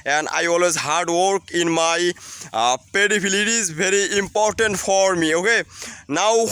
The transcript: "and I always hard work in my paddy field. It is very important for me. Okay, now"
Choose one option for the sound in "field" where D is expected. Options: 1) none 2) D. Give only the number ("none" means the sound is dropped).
1